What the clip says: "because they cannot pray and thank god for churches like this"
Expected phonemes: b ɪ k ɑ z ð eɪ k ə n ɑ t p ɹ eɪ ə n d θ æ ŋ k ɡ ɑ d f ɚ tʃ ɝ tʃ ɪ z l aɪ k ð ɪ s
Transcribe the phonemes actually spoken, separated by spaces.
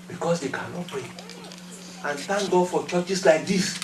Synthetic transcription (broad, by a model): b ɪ k ɑ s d eɪ k ə n ɑ t p ɹ eɪ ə n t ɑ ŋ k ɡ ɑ f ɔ tʃ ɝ tʃ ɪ s l aɪ k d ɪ s